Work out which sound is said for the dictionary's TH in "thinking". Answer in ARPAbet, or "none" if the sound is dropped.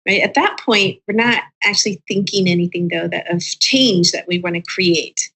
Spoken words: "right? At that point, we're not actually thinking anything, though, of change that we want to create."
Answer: TH